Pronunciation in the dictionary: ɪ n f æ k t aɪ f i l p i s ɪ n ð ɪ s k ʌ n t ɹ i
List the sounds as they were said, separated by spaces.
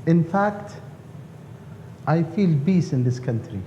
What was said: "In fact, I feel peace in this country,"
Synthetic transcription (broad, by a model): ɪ n f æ k t aɪ f i l b i s ɪ n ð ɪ s k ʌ n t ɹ i